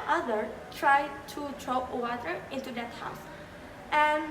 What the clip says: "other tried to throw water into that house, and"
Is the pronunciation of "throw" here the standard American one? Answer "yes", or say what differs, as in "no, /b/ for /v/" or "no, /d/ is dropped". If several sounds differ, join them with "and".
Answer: no, /t/ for /θ/